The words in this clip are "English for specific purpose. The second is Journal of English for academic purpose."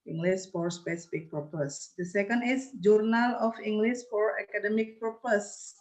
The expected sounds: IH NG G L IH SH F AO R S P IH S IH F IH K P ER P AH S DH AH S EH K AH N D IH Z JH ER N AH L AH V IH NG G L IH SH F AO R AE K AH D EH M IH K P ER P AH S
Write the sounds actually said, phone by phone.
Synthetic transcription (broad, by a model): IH NG G L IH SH F AO R S P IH S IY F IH K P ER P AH S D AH S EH K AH N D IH S JH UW N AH L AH F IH NG G L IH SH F AO R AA K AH D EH M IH K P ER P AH S